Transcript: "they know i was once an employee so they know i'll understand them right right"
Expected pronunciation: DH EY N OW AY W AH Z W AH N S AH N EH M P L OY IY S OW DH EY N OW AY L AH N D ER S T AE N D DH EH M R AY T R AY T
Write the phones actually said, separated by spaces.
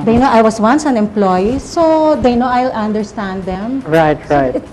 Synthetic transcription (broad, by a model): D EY N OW AY W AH S W AH N S AH N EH M P L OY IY S OW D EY N OW AY L AH N D ER S T AE N D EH M R AY T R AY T